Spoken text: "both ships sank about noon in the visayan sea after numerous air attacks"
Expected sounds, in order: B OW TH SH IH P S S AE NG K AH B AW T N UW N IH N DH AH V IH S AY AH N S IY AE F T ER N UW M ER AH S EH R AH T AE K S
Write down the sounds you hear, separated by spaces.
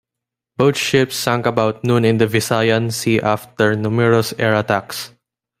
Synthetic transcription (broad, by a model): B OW T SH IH P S S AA NG K AH B AW T N UW N IH N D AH V IH S AY AH N S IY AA F T ER N UW M ER AH S EH R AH T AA K S